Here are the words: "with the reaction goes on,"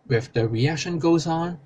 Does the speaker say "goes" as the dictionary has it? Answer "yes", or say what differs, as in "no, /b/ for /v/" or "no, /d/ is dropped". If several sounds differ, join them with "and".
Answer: yes